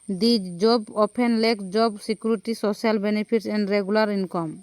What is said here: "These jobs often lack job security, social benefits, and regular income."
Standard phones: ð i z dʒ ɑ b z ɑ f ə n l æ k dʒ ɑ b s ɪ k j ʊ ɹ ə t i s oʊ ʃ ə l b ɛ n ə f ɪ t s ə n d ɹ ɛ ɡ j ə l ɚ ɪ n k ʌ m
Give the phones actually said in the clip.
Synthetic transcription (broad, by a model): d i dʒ dʒ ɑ b ɑ p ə n l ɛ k dʒ ɑ b s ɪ k j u ɹ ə t i s oʊ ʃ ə l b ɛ n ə p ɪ t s ə n d ɹ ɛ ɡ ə l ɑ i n k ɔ m